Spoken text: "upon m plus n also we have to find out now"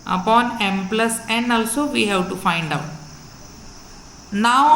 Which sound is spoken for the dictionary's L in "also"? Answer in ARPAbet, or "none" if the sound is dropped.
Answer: L